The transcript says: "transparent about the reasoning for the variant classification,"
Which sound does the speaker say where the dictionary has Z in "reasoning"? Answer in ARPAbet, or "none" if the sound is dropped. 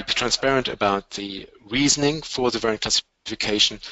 Z